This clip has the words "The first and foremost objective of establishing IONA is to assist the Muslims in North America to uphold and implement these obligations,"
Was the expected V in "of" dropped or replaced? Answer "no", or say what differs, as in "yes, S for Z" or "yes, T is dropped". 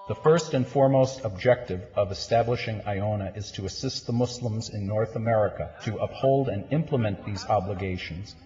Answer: no